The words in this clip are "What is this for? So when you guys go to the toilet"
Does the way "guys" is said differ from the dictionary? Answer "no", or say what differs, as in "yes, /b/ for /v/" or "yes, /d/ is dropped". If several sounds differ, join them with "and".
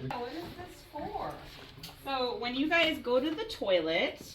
no